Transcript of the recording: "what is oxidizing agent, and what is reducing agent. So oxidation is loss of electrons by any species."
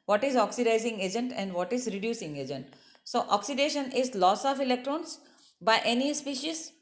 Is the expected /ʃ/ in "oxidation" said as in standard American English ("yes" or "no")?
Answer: yes